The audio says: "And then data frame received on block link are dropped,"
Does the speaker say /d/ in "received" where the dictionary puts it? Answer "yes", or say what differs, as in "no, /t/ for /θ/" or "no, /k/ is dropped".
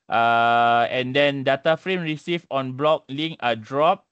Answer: no, /d/ is dropped